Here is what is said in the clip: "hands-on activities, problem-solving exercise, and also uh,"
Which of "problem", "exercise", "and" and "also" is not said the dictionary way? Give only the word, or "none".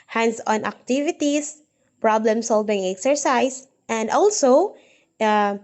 exercise